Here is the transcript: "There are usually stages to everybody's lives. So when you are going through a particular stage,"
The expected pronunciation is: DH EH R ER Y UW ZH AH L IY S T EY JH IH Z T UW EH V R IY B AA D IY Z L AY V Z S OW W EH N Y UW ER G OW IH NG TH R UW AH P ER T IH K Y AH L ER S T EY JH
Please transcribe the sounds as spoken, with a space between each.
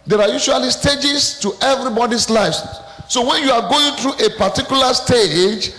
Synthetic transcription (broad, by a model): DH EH R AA Y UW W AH L IY S T EY JH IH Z T UW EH V R IY B AA D IY S L AY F S OW W EH N Y UW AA G OW IH NG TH R UW AH P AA T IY K Y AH L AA S T EY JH